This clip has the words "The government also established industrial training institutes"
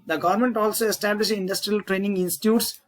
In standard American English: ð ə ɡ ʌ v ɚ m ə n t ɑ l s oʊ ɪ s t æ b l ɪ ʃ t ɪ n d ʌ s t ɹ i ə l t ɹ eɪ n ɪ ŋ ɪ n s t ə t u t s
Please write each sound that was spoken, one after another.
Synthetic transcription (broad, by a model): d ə ɡ ʌ v ɚ m ə n t ɑ l s oʊ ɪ s t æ b l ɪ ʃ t ɪ n d ʌ s t ɹ i ə l t ɹ eɪ n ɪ ŋ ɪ n s t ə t u t s